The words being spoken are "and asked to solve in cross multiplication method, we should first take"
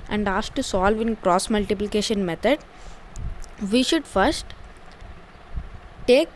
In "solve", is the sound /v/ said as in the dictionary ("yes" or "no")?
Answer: yes